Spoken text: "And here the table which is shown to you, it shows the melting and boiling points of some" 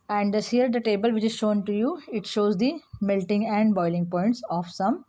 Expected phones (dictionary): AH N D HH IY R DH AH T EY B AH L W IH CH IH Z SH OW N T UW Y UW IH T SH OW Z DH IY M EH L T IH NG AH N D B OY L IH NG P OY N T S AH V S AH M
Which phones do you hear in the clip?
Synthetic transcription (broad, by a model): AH N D HH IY R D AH T EY B AH L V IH CH IH Z SH OW N T UW Y UW IH T SH OW Z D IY M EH L T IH NG AH N D B OY L IH NG P OY N T S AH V S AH M